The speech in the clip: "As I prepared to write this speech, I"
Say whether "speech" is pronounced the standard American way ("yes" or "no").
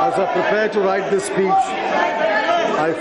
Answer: no